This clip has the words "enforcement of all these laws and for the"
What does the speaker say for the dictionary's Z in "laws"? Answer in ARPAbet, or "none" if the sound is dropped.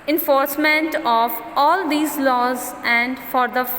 Z